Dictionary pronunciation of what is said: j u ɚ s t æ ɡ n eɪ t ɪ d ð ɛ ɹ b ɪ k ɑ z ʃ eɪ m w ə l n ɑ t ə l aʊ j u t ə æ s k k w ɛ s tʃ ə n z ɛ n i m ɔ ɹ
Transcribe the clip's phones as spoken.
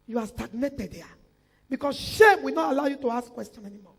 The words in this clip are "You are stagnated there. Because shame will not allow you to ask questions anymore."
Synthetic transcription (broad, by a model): j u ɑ s t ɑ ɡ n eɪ t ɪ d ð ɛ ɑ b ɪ k ɑ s ʃ eɪ m w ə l n ɑ t ə l aʊ j u t ə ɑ s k k w ɛ s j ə n ɛ n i m ɔ